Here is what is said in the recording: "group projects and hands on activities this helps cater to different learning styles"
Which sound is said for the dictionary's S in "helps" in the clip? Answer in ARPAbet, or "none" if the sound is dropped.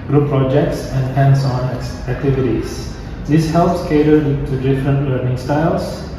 S